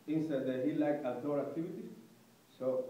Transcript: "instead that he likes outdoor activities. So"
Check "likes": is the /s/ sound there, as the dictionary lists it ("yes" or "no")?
no